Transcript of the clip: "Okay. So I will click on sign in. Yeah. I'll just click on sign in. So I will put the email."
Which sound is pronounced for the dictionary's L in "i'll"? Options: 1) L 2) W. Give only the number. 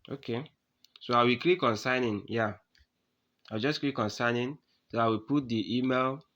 2